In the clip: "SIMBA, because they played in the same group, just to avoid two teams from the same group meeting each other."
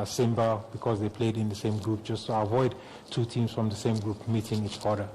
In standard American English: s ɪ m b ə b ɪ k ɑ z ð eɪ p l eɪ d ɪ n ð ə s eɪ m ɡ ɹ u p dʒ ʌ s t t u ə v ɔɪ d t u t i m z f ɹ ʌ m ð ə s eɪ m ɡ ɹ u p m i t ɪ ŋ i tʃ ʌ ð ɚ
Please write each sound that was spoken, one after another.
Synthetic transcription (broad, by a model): s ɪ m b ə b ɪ k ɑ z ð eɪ p l eɪ d ɪ n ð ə s eɪ m ɡ ɹ u p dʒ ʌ s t t u ə v ɔɪ d t u t i m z f ɹ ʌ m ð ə s eɪ m ɡ ɹ u p m i t ɪ ŋ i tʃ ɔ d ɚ